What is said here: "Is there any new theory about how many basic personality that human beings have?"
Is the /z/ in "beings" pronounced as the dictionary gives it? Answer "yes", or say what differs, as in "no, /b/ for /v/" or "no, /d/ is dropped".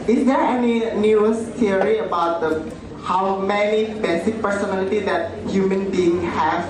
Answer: no, /z/ is dropped